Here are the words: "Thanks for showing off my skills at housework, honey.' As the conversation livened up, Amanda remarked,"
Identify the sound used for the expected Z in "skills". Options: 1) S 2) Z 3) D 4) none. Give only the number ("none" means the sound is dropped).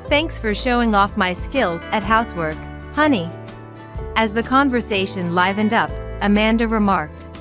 2